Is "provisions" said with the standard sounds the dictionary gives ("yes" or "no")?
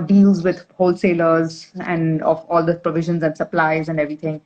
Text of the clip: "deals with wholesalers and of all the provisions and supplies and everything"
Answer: yes